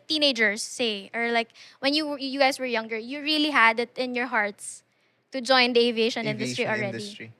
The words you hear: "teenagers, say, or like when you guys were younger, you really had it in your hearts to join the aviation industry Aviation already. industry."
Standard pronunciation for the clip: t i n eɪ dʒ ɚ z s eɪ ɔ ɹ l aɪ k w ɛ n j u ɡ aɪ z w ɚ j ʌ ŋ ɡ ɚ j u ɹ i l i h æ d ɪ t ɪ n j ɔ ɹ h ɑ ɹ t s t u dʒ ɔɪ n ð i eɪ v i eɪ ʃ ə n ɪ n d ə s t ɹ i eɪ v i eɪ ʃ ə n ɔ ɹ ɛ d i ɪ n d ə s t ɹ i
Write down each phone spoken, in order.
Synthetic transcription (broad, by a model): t i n eɪ dʒ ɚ s eɪ ɔ ɹ l aɪ k w ɛ n j u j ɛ s w ɚ j ʌ ŋ ɡ ɚ j u ɹ i l i h æ d ɪ t ɪ n j ɔ ɹ h ɑ ɹ t s t u dʒ ɔɪ n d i eɪ v i eɪ ʃ ə n ɪ n d ə s t ɹ i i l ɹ ɛ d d i